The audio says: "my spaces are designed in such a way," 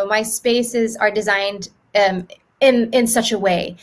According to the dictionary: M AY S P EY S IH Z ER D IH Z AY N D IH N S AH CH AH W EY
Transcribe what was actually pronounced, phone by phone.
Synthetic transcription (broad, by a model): M AY S P EY S IH Z ER D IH Z AY N D IH N S AH CH AH W EY